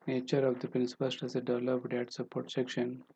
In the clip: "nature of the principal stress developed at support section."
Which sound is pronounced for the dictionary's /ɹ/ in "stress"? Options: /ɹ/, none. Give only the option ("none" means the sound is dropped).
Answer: none